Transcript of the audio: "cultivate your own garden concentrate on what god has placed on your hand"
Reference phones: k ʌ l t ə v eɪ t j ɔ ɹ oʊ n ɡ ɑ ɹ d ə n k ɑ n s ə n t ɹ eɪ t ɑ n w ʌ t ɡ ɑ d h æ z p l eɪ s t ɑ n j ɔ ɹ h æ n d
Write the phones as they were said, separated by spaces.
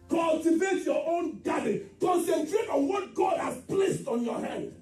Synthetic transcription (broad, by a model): k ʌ l t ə v eɪ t j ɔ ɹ oʊ n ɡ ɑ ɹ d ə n k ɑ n s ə n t ɹ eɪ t ɑ n w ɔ t ɡ ɑ d h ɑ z p l eɪ s t ɑ n j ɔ h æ n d